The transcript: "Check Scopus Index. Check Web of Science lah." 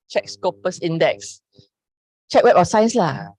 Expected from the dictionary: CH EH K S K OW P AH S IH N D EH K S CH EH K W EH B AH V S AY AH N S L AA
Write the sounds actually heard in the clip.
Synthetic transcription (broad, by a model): CH EH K S K OW P AH S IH N D EH K S CH EH K W EH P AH S AY AH N S L AA